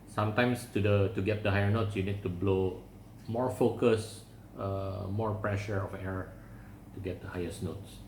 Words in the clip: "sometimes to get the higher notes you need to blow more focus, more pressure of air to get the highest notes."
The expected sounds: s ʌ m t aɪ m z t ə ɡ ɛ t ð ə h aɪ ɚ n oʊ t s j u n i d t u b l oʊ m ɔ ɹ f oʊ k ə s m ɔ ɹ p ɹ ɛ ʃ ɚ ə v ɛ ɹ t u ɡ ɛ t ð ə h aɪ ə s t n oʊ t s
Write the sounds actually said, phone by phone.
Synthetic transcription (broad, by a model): s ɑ m t aɪ m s t ə ɡ ɛ t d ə h aɪ ɚ n oʊ t s j u n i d t u b l oʊ m ɔ ɹ f oʊ k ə s m ɔ ɹ p ɹ ɛ ʃ ɚ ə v ɛ ɹ t u ɡ ɛ t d ə h aɪ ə s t n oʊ t s